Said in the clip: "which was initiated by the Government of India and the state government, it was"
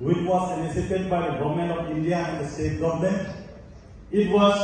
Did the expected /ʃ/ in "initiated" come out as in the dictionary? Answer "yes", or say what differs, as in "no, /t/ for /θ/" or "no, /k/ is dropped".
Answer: no, /s/ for /ʃ/